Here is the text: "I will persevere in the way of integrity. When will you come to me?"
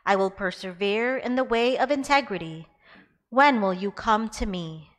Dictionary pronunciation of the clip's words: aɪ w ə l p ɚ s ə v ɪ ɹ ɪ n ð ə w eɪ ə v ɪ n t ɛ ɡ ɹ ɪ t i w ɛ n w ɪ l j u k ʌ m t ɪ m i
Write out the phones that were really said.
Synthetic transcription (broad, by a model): aɪ w ə l p ɚ s ə v ɪ ɹ ɪ n ð ə w eɪ ə v ɪ n t ɛ ɡ ɹ ɪ t i w ɛ n w ɪ l j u k ʌ m t ɪ m i